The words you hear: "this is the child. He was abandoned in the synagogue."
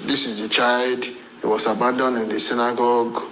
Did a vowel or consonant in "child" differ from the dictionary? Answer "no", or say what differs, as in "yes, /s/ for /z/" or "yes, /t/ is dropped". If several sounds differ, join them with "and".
no